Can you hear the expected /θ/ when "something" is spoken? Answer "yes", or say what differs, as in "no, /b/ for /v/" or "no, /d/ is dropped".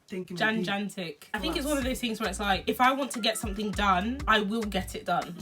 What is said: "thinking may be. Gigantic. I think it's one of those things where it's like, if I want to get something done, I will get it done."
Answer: yes